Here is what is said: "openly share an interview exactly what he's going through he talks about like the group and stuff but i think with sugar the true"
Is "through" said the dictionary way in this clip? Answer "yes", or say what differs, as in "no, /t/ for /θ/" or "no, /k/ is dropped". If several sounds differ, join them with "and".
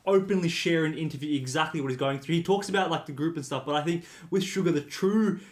yes